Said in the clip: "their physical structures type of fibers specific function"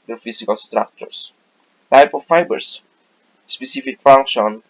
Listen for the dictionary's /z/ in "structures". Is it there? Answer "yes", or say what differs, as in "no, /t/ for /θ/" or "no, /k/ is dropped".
no, /s/ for /z/